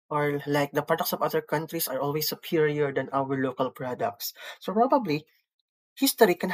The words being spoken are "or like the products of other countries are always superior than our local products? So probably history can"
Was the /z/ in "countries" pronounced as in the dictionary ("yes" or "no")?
no